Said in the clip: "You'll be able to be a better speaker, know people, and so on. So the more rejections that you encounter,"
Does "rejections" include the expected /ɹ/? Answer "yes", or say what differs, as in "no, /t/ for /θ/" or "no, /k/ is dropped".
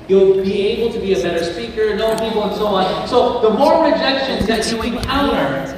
no, /l/ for /ɹ/